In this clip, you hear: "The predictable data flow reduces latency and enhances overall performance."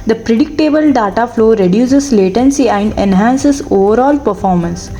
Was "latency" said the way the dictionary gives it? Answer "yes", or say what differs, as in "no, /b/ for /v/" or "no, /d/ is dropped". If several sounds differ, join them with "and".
yes